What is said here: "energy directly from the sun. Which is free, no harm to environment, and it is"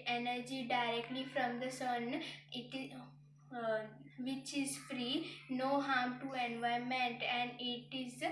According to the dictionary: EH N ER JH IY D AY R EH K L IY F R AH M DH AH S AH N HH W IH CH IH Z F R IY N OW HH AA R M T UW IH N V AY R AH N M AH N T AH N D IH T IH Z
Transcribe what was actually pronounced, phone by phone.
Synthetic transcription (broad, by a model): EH N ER JH IY D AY R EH K L IY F R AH M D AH S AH N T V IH CH IH Z F R IY N OW HH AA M T UW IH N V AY AH M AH N T AH N D IH T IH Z